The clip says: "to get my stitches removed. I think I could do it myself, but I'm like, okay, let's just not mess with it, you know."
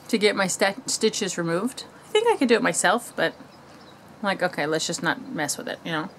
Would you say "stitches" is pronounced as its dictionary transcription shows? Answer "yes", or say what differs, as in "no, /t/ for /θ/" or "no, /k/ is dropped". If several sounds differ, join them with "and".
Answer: yes